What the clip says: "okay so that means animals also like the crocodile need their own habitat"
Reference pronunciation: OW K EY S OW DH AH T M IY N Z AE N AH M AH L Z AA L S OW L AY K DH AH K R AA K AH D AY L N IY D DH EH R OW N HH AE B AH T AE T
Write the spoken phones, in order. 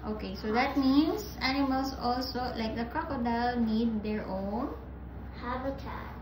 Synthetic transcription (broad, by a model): OW K EY S OW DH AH T M IY N S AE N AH M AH L S AA L S OW L AY K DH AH K R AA K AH D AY L N IY D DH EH R OW N HH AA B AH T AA